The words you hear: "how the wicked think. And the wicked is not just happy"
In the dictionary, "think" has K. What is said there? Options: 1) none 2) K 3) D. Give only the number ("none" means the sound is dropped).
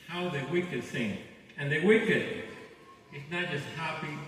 1